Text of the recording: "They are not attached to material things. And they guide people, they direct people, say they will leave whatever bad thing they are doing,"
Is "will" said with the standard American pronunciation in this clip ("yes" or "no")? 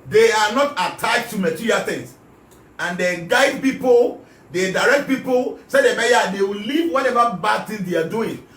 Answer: no